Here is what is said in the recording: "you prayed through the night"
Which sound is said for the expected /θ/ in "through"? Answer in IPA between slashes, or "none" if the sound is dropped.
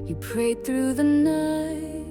/θ/